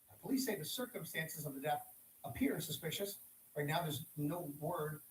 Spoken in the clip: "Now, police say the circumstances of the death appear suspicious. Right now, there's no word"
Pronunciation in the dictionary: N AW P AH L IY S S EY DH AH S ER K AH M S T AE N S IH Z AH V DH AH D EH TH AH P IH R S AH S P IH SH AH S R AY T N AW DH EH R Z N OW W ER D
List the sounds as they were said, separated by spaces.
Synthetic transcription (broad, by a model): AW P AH L IY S S EY DH AH S ER K AH M S T AE N S IH Z AH V DH AH D EH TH AH P IH R S AH S P IH SH AH S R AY N AW DH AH R Z N OW W ER D